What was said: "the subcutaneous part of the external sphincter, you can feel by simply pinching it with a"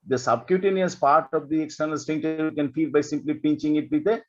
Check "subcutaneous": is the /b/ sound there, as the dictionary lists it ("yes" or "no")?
yes